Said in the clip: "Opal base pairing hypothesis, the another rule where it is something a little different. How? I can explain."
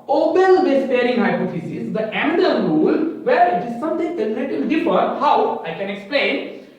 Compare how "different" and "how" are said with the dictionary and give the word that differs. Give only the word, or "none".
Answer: different